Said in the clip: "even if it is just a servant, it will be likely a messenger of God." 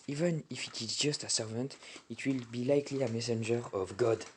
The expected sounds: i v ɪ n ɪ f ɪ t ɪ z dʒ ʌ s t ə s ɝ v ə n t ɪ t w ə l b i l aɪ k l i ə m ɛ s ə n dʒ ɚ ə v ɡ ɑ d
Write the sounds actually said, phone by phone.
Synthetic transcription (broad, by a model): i v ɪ n ɪ f ɪ t ɪ z dʒ ʌ s t ə s ɝ v ə n t ɪ t w ə l b i l aɪ k l i ə m ɛ s ə n dʒ ɚ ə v ɡ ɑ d